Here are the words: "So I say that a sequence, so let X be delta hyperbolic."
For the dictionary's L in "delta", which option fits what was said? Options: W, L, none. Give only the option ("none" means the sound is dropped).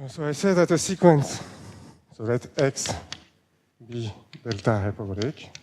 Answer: L